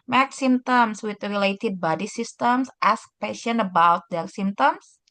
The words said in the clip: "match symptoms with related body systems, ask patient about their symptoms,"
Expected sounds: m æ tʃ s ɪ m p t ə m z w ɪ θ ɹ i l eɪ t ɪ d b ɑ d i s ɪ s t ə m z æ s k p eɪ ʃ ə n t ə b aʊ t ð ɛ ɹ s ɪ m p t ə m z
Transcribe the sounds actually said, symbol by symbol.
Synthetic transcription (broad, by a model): m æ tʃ s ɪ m t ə m s w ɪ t ɹ i l eɪ t ɪ d b ɑ d i s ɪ s t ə m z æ s k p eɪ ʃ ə n ə b aʊ t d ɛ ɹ s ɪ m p t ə m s